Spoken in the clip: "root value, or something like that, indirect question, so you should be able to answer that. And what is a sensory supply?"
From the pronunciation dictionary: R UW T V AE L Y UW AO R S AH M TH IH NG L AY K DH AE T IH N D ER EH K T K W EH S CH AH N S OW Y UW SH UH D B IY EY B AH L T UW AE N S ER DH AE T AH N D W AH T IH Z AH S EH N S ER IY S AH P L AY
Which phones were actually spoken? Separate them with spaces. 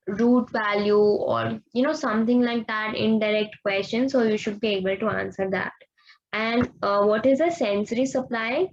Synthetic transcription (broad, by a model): R UW T V AE L Y UW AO R S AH M T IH NG L AY K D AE T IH N D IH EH K T K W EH S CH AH N S OW Y UW SH UH D B IY EY B AH L T UW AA N S ER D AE T AH N D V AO T IH Z AH S EH N S ER IY S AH P L AY